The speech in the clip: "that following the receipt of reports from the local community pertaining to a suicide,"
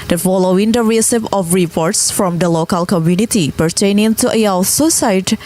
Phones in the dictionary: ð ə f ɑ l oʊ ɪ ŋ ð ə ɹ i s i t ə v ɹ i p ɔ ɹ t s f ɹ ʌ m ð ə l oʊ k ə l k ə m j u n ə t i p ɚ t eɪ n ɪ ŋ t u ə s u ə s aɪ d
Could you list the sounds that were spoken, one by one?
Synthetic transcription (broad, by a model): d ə f ɑ l oʊ ɪ ŋ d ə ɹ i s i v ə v ɹ i p ɔ ɹ t s f ɹ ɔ m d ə l oʊ k ə l k ə m j u n ə t i p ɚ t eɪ n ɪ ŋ t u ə s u s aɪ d